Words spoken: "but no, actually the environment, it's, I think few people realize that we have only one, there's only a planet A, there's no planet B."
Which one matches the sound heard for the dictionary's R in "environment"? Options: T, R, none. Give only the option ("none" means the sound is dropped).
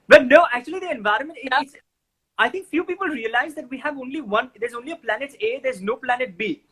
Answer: R